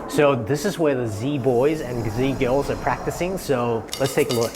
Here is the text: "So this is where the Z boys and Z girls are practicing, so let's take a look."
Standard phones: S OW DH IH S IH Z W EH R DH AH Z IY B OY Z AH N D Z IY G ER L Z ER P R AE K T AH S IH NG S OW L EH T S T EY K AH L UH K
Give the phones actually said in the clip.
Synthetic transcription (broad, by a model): S OW DH IH S IH Z W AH R DH AH Z IY B OY Z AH N Z IY G ER L Z ER P R AE K T AH S IH NG S OW L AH T S T EY K AH L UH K